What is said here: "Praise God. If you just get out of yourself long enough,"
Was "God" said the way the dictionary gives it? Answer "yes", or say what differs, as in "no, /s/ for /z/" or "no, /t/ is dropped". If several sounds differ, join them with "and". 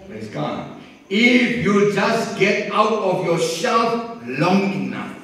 no, /d/ is dropped